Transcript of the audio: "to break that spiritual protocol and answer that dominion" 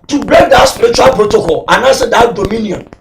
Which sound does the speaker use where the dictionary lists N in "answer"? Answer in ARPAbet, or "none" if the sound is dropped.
none